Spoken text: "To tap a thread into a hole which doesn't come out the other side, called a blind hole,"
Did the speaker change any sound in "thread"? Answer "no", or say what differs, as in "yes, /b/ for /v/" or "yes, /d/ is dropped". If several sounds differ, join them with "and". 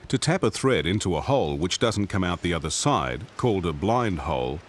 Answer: no